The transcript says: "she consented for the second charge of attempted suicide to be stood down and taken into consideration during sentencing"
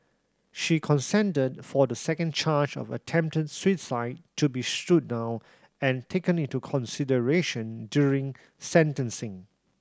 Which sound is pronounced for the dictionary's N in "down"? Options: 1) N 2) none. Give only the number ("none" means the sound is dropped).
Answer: 2